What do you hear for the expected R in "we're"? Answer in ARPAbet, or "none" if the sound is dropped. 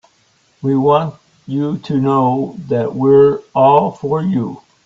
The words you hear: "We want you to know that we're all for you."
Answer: R